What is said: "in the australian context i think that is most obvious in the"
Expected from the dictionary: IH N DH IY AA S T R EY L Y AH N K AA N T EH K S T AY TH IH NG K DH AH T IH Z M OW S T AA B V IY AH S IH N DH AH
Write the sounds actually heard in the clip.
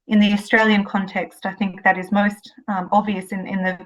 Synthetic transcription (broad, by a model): IH N DH IY AA S T R EY L Y AH N K AA N T EH K S T AY TH IH NG K DH AH T IH Z M OW S T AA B V IY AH S IH N DH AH